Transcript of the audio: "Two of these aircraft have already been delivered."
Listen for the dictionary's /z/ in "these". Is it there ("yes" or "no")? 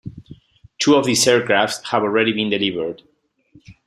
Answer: no